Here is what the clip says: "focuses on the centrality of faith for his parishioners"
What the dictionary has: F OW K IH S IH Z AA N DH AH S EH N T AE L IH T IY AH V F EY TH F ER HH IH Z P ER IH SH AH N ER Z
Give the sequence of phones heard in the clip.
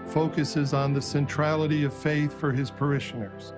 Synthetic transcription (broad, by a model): F OW K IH S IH Z N DH AH S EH N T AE L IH T IY AH V F EY TH F ER IH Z P ER IH SH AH N ER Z